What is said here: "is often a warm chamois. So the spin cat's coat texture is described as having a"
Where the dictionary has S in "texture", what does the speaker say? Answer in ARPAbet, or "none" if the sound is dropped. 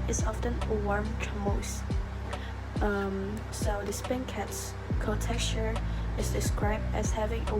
none